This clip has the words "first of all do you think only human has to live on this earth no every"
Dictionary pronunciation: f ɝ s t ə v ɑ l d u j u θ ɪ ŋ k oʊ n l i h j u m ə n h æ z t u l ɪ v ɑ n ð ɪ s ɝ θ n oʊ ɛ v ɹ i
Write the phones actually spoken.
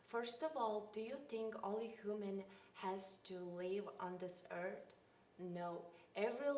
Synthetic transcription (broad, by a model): f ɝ s t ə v ɑ l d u j u θ ɪ ŋ k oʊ l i h j u m ə n h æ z t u l ɪ v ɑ n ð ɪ s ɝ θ n oʊ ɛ v ɹ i